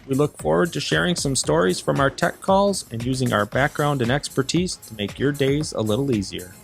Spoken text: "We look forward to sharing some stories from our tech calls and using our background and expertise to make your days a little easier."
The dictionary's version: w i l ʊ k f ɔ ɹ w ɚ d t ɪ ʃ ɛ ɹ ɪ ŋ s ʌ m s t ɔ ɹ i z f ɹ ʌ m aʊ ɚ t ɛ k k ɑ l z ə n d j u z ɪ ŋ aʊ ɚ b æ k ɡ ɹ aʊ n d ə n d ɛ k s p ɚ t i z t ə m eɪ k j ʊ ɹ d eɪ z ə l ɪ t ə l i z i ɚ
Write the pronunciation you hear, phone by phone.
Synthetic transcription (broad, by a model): w i l ʊ k f ɔ ɹ w ɚ d t ɪ ʃ ɛ ɹ ɪ ŋ s ʌ m s t ɔ ɹ i z f ɹ ʌ m aʊ ɚ t ɛ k k ɑ l z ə n j u z ɪ ŋ aʊ ɚ b æ k ɡ ɹ aʊ n d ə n ɛ k s p ɚ t i z t ə m eɪ k j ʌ ɹ d eɪ z ə l ɪ t l i z i ɚ